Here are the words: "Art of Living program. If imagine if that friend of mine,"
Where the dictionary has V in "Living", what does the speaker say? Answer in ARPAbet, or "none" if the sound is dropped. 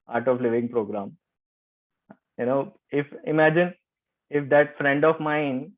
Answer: V